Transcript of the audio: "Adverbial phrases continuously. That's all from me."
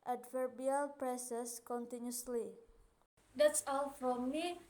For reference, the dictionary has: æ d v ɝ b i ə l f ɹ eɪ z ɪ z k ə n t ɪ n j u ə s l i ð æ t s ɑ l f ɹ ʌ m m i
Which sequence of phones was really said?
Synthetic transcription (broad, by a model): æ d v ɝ b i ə l p ɹ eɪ s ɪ s k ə n t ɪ n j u s l i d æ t s ɑ l f ɹ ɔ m m i